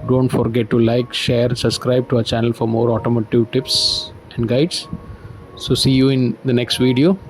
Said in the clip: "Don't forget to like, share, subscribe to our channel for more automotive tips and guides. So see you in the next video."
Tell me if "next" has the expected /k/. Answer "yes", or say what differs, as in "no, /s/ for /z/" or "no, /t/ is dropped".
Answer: yes